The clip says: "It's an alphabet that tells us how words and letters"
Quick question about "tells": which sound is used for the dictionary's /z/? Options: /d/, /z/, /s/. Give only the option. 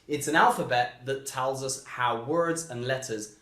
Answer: /z/